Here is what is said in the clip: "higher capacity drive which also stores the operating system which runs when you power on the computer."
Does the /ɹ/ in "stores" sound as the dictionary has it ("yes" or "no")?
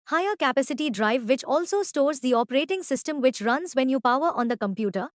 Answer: yes